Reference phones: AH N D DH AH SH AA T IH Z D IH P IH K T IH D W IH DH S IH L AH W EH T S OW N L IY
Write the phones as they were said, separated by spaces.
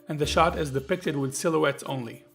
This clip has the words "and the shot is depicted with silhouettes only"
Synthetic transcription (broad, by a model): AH N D DH AH SH AA T IH Z D IH P IH K T IH D W IH DH S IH L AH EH T S OW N L IY